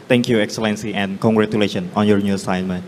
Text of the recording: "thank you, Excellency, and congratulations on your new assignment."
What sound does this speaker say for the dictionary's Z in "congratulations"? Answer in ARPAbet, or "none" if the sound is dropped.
none